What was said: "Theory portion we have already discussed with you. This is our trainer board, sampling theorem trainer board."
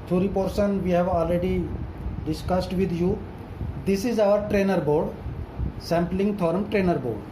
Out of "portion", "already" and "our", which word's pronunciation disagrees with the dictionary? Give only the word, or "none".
portion